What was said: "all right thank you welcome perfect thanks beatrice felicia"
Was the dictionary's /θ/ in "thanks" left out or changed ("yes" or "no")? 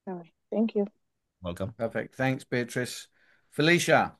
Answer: no